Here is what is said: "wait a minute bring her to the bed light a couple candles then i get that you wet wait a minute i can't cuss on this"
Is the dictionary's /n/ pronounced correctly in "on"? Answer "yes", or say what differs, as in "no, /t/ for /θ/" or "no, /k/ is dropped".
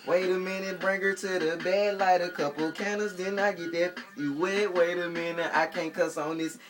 yes